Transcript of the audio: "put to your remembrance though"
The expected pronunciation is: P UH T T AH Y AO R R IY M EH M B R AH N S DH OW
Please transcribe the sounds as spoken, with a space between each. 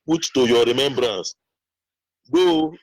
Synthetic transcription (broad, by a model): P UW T T AH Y AO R R IY M EH M B R AH N S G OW